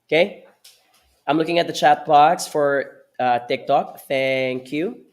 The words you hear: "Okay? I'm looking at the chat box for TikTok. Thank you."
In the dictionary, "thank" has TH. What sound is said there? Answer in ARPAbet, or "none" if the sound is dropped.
TH